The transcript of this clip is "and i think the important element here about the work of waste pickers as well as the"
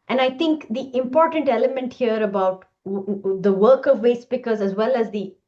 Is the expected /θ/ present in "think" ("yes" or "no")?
no